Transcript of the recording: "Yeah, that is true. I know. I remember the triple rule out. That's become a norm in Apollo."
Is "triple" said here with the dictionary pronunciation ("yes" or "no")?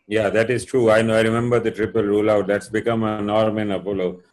yes